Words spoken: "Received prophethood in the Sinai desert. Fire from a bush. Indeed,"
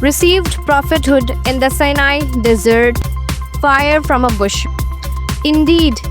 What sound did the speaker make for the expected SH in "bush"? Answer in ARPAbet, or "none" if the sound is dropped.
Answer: SH